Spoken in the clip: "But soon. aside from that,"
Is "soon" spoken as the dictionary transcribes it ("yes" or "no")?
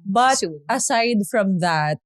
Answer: no